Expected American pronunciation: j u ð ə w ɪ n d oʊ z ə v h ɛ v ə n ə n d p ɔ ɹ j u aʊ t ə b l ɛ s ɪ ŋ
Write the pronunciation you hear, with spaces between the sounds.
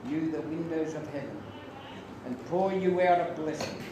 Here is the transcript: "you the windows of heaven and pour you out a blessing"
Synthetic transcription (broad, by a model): j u ð ə w ɪ n d oʊ z ə v h ɛ v ə n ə n p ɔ ɹ j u aʊ t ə b l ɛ s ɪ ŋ